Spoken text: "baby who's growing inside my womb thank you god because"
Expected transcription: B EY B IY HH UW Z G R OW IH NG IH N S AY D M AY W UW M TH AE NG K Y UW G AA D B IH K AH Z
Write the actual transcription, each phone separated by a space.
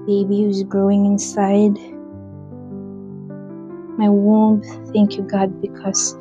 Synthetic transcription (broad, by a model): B EY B IY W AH Z G R OW IH NG IH N S AY D M AY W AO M TH AE NG K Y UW G AA D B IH K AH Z